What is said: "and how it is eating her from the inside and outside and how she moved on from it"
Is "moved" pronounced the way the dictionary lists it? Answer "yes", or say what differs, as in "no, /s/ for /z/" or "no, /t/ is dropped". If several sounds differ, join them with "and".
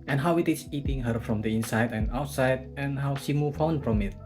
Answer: no, /d/ is dropped